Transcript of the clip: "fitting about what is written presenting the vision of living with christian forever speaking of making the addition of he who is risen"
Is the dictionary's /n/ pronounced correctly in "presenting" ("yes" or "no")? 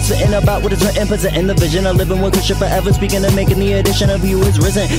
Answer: no